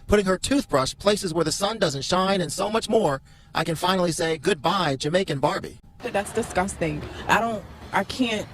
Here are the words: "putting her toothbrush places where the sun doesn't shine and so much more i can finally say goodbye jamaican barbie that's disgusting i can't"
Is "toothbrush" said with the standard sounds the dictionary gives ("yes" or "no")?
yes